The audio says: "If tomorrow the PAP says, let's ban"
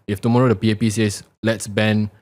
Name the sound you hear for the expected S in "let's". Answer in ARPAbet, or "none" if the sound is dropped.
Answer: S